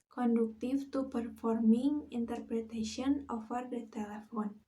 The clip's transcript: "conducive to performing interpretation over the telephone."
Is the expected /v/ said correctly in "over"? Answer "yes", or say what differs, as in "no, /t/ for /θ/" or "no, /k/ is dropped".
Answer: no, /f/ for /v/